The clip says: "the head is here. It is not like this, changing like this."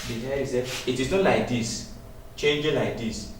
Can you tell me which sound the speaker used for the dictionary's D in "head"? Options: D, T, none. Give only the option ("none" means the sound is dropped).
none